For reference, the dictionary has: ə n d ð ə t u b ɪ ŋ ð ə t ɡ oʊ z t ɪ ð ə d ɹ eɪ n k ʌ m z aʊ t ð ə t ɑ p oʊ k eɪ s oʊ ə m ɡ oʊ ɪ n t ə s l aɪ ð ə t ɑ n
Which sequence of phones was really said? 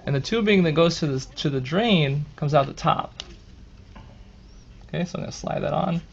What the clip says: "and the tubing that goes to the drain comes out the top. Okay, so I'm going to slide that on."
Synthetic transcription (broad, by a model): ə n ð ə t u b ɪ ŋ ð ə t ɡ oʊ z t ɪ ð ə d ɹ eɪ n k ʌ m z aʊ t ð ə t ɑ p oʊ k eɪ s oʊ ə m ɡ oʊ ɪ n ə s l aɪ ð ə t n